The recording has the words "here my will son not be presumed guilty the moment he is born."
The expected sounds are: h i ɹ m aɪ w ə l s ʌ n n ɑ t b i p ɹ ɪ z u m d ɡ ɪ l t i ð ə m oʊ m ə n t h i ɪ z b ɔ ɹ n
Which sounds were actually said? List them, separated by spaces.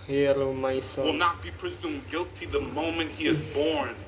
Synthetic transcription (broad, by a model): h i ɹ m aɪ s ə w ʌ l n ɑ t b i p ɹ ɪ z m ɡ ɪ l t i ð ə m oʊ m ə n t h i ɪ z b ɔ ɹ n